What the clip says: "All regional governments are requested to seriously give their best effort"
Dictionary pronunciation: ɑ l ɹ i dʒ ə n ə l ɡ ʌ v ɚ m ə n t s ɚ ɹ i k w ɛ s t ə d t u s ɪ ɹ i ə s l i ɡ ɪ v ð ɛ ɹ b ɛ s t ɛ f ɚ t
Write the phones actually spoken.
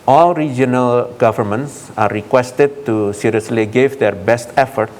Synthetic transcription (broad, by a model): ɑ l ɹ i dʒ ə n ə l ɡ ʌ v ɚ m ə n t s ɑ ɹ i k w ɛ s t ə d t u s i ɹ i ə s l i ɡ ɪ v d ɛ ɹ b ɛ s t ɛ f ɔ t